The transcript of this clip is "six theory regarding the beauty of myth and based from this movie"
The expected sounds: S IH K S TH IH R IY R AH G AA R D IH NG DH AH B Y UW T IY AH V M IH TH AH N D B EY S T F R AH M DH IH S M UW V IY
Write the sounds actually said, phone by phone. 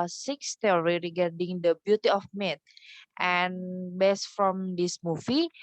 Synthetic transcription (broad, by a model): S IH K S T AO R IY R AH G AA R D IH NG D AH B Y UW T IY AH F M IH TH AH N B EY S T F R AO M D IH S M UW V IY